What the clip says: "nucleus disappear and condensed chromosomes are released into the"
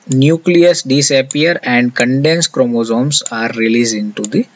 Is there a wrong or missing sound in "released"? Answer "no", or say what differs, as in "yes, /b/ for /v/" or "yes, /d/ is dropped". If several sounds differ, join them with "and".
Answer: yes, /t/ is dropped